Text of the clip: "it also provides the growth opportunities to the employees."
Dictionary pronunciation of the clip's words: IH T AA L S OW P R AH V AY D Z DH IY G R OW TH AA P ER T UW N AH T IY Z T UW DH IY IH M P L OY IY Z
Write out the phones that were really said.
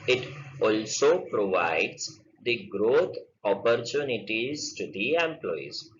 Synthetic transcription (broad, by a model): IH T AA L S OW P R AH V AY D Z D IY G R OW T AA P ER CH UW N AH T IY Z T UW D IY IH M P L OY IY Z